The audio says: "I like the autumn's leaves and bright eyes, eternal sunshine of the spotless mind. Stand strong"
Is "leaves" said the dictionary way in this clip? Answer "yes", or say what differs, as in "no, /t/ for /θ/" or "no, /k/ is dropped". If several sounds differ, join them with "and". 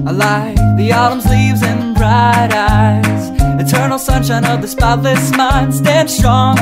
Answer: yes